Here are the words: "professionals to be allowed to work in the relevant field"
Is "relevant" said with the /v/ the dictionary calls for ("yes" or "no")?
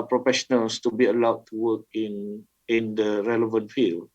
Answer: yes